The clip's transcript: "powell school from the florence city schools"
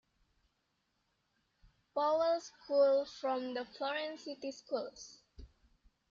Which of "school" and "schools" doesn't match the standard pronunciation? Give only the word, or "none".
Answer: schools